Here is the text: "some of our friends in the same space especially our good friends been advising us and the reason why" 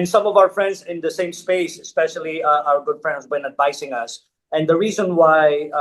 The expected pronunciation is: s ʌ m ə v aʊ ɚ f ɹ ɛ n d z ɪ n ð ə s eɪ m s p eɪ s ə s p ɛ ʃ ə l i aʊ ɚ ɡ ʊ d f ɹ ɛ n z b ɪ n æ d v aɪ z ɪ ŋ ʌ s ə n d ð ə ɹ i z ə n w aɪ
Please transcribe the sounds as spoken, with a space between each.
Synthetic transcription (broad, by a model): s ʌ m ə v aʊ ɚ f ɹ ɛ n d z ɪ n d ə s eɪ m s p eɪ s ə s p ɛ ʃ ə l i aʊ ɚ ɡ ʊ d f ɹ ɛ n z b ɪ n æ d v aɪ s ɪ ŋ ʌ s ə n d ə ɹ i z ə n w aɪ